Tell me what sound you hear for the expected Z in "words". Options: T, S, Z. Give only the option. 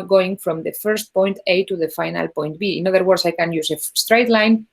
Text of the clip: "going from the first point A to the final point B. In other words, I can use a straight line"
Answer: S